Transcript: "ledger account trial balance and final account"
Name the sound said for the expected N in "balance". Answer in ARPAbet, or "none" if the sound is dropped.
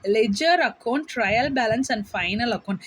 N